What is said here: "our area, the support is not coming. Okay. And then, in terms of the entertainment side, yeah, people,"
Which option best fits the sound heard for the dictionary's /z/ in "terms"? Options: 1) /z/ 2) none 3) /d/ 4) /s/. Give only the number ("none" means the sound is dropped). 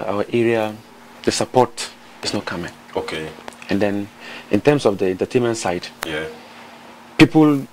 4